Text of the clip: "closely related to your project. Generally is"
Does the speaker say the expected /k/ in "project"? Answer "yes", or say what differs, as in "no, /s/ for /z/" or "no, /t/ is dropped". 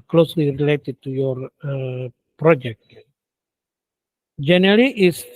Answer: yes